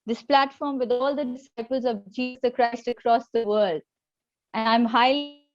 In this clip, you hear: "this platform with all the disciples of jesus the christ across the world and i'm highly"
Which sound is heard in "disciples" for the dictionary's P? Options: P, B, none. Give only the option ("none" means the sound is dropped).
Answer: P